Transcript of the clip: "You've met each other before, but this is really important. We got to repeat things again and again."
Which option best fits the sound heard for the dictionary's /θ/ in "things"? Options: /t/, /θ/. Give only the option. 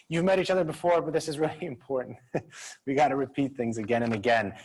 /θ/